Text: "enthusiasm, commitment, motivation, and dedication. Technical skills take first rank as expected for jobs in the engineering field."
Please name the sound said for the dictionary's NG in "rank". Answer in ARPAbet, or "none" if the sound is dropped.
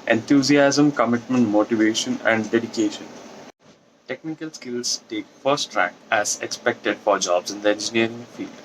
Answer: none